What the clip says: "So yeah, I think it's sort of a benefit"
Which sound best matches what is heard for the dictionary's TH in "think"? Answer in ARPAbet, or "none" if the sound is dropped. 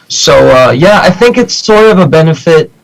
TH